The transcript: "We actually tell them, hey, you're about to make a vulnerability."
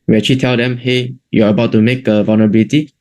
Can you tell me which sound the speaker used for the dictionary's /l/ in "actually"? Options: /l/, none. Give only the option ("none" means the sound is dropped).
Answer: none